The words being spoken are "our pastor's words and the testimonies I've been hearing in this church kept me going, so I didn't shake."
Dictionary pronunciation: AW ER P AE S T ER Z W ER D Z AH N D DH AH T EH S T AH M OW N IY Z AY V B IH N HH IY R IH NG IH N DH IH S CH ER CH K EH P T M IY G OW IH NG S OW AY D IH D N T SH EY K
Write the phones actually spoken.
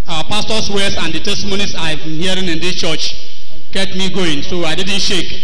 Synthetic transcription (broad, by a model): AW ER P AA S T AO S W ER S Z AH N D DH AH T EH S T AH M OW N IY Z AY V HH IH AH R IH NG IH N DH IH S CH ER CH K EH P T M IY G OW IH NG S OW AY D IH D N T SH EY K